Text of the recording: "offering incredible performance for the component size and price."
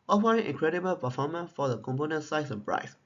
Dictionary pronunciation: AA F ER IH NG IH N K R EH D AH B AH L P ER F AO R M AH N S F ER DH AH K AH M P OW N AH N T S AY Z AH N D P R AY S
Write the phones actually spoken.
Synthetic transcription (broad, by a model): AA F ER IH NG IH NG K R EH D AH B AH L P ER F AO M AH N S F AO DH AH K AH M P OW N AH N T S AY S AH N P R AY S